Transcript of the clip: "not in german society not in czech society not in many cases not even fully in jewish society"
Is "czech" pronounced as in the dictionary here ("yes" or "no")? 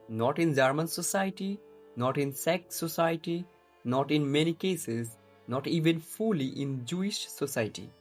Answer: no